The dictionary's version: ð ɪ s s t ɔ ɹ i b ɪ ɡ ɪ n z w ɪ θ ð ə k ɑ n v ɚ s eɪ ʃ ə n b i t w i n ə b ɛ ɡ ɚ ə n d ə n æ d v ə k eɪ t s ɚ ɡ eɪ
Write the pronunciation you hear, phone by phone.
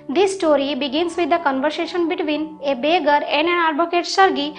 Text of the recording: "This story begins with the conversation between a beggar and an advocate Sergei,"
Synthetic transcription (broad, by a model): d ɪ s s t ɔ ɹ i b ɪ ɡ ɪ n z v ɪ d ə k ɑ n v ɚ s eɪ ʃ ə n b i t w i n ə b ɛ ɡ ɚ ə n d ə n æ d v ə k eɪ t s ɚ ɡ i